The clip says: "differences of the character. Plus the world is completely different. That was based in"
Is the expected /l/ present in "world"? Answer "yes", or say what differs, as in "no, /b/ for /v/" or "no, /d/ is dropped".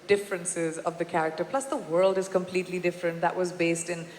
yes